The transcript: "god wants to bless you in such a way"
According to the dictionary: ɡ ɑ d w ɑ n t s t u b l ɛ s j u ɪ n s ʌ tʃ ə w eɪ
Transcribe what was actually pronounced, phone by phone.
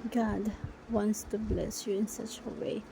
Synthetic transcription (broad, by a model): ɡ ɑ d w ɑ n t s t u b l ɛ s j u ɪ n s ʌ tʃ ə w eɪ